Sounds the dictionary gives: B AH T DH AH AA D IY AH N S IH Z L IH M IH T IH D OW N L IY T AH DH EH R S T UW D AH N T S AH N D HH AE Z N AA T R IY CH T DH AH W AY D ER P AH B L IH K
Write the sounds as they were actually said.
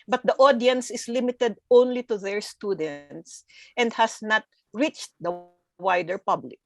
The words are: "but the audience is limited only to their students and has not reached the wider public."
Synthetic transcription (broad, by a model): B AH T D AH AA D IY AH N S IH S L IH M IH T IH D OW N L IY T AH DH EH R S T UW D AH N T S AH N D HH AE S N AA T R IY CH T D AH W AY D ER P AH B L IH K